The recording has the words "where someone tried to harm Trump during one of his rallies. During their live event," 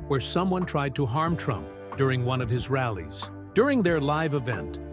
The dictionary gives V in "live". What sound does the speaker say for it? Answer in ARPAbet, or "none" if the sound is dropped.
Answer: V